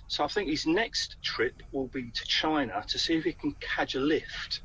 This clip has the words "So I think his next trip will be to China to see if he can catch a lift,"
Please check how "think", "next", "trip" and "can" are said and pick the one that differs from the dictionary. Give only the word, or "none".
none